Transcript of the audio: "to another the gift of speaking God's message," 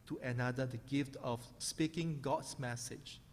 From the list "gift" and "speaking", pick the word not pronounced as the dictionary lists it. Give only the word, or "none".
none